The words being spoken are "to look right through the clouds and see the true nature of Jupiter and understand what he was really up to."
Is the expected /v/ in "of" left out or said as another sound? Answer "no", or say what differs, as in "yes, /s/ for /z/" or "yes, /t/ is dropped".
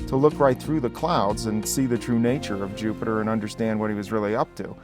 no